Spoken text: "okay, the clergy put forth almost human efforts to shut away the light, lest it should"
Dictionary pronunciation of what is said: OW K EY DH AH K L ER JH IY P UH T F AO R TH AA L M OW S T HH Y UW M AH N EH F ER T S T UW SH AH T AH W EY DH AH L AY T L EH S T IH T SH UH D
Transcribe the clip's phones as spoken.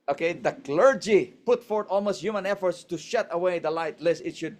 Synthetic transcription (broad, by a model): OW K EY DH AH K L ER JH IY P UH T F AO R T AA L M OW S T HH Y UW M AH N EH F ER T S T UW SH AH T AH W EY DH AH L AY T L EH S IH T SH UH D